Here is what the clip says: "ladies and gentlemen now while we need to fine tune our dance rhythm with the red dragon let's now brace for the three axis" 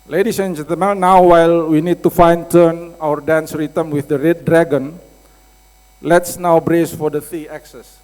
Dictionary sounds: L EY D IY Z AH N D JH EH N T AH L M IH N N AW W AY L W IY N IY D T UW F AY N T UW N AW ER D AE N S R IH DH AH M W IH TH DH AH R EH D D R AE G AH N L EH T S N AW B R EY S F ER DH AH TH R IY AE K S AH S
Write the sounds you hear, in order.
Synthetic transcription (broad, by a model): L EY D IY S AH N JH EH N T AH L M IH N N AW W AY L W IY N IY D T UW F AY N T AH N AW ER D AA N S R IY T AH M W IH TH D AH R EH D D R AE G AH N L EH T S N AW B R EY S F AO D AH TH IY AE K S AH S